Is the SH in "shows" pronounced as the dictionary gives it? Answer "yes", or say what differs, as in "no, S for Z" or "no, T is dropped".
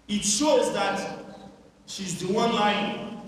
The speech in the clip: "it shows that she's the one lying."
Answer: yes